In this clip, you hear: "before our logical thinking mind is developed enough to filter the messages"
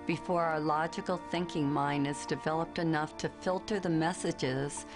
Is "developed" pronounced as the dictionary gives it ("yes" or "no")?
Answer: yes